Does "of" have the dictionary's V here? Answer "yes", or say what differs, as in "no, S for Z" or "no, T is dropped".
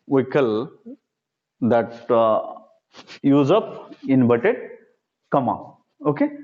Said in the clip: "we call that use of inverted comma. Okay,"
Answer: no, P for V